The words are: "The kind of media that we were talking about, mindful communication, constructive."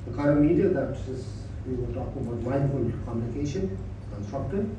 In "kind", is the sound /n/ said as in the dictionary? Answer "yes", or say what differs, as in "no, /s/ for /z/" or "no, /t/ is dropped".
no, /n/ is dropped